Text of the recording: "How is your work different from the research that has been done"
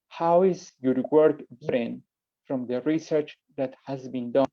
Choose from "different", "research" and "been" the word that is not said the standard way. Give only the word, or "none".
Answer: different